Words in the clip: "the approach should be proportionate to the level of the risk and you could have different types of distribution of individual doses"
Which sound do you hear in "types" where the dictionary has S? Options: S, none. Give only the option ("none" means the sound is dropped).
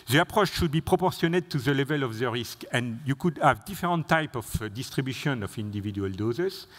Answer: none